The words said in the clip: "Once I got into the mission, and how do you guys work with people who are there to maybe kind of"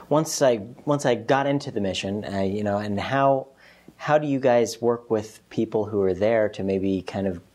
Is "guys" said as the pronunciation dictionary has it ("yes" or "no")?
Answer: yes